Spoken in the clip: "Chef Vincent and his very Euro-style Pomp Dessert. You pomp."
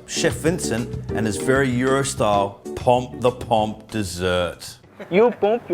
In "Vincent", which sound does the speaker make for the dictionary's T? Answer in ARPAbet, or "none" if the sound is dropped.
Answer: T